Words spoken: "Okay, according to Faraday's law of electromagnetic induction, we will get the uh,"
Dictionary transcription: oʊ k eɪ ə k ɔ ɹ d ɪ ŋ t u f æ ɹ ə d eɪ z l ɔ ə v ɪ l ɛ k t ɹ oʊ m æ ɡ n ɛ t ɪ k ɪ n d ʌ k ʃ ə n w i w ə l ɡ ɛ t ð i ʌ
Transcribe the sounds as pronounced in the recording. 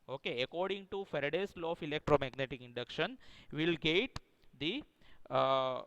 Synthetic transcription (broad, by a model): oʊ k eɪ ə k ɔ ɹ d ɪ ŋ t u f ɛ ɹ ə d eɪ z l ɔ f ɪ l ɛ k t ɹ oʊ m æ ɡ n ɛ t ɪ k ɪ n d ʌ k ʃ ə n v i l ɡ ɛ t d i